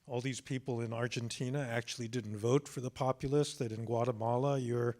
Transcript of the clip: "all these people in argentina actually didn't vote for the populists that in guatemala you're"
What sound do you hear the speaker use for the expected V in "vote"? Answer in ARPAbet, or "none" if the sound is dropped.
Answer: V